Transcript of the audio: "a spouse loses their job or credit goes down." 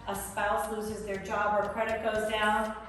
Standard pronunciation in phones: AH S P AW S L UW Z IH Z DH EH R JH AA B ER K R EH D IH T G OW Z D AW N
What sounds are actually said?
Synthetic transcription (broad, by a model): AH S P AW S L UW Z IH Z DH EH R JH AA B ER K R EH D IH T G OW Z D AW N